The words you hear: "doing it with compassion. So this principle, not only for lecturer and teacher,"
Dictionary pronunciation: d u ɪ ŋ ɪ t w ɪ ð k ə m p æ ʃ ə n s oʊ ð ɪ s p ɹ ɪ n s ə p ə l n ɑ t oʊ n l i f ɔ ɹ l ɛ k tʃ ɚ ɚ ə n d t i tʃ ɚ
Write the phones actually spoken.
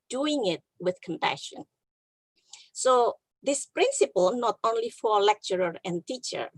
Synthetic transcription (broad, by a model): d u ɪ ŋ ɪ t w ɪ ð k ə m p æ ʃ ə n s oʊ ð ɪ s p ɹ ɪ n s ə p ə l n ɑ t oʊ n l i f ɔ ɹ l ɛ k tʃ ɚ ɚ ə n t i tʃ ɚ